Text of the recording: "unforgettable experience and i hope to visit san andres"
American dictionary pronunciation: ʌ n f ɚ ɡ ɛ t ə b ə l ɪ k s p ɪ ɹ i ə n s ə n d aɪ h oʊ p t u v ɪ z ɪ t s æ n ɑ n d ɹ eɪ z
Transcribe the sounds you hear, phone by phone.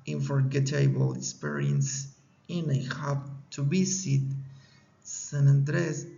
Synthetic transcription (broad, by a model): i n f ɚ ɡ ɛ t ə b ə l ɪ k s p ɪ ɹ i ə n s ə n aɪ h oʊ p t u b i s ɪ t s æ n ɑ n d ɹ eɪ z